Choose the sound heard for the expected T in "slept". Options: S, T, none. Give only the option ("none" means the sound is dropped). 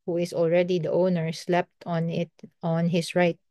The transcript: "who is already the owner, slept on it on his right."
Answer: T